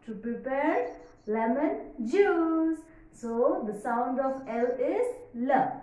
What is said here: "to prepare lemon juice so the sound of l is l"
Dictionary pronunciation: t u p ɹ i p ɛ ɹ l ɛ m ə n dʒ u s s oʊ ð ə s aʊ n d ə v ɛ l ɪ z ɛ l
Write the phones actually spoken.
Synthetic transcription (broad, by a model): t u p ɹ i p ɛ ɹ l ɛ m ə n dʒ u s s oʊ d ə s aʊ n d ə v ɛ l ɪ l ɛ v